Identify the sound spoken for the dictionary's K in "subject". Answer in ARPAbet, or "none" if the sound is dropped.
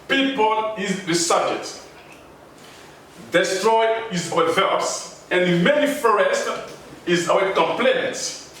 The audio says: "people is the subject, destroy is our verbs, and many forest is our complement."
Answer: none